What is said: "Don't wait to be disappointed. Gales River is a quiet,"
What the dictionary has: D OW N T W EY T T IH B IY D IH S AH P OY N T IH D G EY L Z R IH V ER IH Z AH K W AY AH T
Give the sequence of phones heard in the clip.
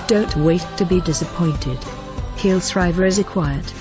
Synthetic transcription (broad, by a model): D OW N T W EY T T IH B IY D IH S AH P OY N T IH D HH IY L S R IH V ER IH Z AH K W AY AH T